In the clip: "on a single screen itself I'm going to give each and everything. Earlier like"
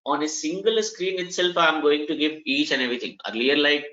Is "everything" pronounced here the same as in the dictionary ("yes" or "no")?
no